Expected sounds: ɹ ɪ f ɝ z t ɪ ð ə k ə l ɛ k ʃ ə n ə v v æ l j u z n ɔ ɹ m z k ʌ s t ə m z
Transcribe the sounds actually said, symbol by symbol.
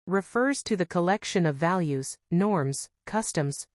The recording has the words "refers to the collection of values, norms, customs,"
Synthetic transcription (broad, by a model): ɹ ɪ f ɝ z t ɪ ð ə k ə l ɛ k ʃ ə n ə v v æ l j u z n ɔ ɹ m z k ʌ s t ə m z